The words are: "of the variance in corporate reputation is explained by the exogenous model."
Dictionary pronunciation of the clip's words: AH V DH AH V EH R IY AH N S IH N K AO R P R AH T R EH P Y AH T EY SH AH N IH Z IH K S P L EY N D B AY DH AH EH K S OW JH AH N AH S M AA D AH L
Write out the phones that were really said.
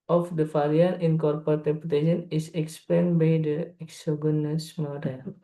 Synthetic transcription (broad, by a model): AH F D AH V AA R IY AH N IH N K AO R P R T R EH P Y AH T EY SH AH N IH S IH K S P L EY N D B AY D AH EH K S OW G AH N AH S M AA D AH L